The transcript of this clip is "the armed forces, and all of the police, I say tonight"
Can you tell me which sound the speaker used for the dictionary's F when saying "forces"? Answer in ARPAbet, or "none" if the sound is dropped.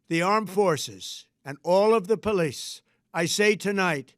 F